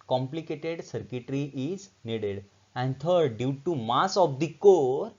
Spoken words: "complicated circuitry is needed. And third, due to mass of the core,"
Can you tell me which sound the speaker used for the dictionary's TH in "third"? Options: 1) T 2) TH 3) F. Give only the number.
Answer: 1